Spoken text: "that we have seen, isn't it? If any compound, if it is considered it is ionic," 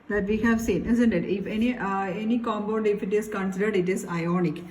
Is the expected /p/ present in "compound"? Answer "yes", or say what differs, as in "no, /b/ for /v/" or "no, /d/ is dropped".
no, /b/ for /p/